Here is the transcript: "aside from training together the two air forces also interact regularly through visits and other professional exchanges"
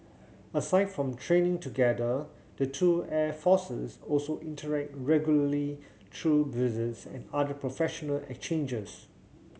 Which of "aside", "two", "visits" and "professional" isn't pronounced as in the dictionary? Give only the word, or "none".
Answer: visits